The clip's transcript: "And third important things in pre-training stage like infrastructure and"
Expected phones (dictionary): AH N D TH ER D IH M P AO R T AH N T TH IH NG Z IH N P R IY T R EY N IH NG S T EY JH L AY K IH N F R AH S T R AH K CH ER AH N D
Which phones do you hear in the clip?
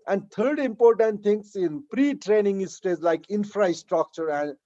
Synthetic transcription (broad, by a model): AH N D T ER D IH M P AO R T AH N T T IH NG S IH N P R IY T R EY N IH NG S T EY Z L AY K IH N F R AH S T R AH K CH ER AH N D